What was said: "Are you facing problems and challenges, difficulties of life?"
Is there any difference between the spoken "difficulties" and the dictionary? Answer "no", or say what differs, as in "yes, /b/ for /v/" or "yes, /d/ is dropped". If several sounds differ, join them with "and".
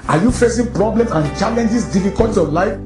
yes, /z/ is dropped